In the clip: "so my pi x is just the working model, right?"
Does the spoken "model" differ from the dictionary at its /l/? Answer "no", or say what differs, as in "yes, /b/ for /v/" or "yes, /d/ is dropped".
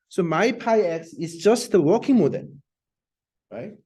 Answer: yes, /n/ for /l/